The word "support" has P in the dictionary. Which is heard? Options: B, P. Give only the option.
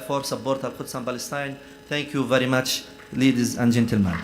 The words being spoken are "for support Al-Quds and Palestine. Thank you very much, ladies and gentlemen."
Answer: B